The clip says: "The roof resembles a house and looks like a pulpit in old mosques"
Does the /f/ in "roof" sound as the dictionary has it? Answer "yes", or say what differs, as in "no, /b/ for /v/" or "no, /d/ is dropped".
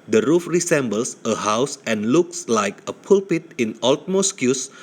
yes